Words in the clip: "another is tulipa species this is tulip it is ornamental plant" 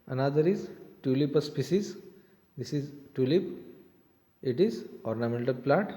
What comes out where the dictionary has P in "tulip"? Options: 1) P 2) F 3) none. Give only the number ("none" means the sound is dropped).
1